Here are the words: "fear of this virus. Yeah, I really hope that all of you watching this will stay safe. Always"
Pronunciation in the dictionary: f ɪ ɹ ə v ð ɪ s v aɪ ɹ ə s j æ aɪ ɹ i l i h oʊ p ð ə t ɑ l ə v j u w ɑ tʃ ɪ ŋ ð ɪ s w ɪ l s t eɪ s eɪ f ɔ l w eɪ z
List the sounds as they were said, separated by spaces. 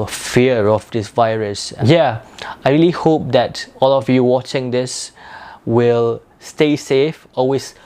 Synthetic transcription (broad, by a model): f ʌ ɹ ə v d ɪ s v aɪ ɹ ə s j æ aɪ ɹ i l i h oʊ p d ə t ɑ l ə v j u w ɑ tʃ ɪ ŋ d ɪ s w ɪ l s t eɪ s eɪ f ɔ l w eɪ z